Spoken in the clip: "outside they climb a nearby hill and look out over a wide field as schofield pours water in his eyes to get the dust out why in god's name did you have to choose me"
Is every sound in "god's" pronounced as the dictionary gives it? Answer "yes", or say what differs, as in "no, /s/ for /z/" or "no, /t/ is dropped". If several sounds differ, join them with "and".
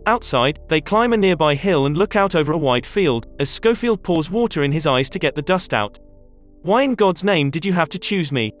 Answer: yes